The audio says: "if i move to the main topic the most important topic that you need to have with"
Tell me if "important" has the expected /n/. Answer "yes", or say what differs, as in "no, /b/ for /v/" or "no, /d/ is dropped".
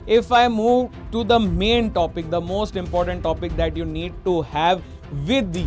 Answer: yes